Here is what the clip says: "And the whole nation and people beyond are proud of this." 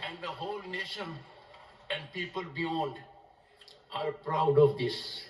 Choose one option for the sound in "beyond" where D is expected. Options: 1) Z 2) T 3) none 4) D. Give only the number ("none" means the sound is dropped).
4